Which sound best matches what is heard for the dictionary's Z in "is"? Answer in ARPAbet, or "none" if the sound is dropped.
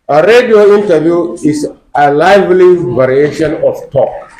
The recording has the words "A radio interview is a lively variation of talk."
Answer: S